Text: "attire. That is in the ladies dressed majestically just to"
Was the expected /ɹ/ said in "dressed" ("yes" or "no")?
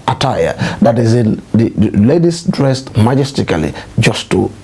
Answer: yes